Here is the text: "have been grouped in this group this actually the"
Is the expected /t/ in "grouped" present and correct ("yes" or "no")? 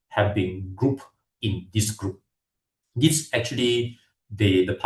no